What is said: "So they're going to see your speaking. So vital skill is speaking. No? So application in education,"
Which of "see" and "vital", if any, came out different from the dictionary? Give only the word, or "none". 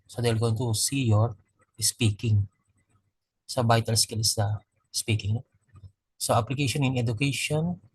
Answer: vital